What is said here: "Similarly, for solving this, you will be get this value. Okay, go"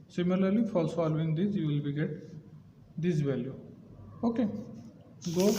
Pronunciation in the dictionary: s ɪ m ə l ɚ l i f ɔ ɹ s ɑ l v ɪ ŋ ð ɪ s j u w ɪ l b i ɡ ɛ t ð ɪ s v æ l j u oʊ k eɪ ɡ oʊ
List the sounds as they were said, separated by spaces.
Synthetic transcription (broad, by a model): s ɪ m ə l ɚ l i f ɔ l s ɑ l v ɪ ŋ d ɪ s j u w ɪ l b i ɡ ɛ t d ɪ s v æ l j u oʊ k eɪ ɡ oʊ